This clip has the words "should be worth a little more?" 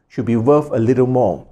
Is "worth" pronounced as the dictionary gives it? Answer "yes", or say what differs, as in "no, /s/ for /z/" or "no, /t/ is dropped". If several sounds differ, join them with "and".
no, /f/ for /θ/